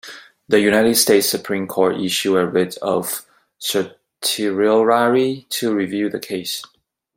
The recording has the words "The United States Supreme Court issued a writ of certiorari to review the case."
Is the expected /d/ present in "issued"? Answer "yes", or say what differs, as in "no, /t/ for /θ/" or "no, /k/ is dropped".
no, /d/ is dropped